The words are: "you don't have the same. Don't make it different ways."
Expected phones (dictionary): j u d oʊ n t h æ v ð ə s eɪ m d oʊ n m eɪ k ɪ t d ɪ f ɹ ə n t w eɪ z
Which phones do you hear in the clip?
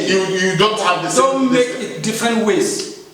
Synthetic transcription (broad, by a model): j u d oʊ n t h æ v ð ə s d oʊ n m eɪ k ɪ t d ɪ f ɹ ə n t w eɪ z